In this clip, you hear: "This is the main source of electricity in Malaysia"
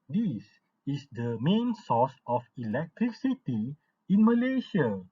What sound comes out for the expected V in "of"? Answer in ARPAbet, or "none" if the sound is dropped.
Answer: F